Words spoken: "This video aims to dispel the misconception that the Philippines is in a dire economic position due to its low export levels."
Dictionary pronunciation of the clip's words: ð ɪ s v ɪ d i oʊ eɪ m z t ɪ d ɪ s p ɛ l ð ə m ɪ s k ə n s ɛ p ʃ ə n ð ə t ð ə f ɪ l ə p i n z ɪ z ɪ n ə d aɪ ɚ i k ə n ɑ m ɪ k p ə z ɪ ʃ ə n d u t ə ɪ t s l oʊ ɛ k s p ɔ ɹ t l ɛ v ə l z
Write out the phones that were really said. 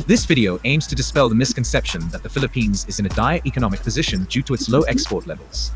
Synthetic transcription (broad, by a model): ð ɪ s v ɪ d i oʊ eɪ m z t ɪ d ɪ s p ɛ l ð ə m ɪ s k ə n s ɛ p ʃ ə n ð ə t ð ə f ɪ l ə p i n z ɪ z ɪ n ə d aɪ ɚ i k ə n ɑ m ɪ k p ə z ɪ ʃ ə n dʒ u t ə ɪ t s l oʊ ɛ k s p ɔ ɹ t l ɛ v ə l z